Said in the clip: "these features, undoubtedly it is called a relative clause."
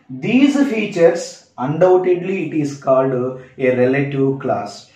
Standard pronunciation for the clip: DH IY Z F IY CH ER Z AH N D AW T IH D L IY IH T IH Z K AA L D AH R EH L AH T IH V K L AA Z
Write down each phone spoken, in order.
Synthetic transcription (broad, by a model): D IY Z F IY CH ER S AH N D AW T IH D L IY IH T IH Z K AA L D AH R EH L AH T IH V K L AA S